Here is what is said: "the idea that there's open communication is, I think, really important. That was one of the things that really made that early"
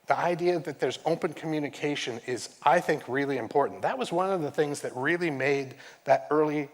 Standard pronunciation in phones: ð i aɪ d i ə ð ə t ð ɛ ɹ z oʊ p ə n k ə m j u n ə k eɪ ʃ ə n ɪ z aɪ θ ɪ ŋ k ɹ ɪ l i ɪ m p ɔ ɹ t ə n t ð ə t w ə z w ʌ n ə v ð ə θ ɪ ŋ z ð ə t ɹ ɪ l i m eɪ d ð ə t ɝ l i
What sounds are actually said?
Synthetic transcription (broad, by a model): ð i aɪ d i ə ð ə t ð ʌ ɹ z oʊ p ə n k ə m j u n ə k eɪ ʃ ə n ɪ z aɪ θ ɪ ŋ k ɹ ɪ l i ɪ m p ɔ ɹ t n ð ə t w ə z w ʌ n ə v ð ə θ ɪ ŋ z ð ə t ɹ ɪ l i m eɪ d ð ə t ɝ l i